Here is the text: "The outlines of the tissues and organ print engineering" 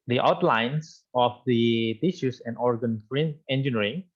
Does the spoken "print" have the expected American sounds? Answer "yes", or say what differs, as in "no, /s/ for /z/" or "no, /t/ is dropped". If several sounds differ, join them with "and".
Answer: no, /t/ is dropped